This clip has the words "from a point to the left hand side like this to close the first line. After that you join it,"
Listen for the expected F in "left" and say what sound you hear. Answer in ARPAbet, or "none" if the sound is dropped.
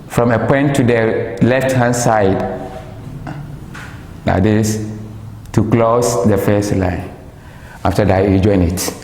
F